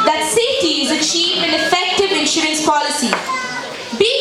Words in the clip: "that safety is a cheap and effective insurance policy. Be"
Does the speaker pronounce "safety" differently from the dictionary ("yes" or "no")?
yes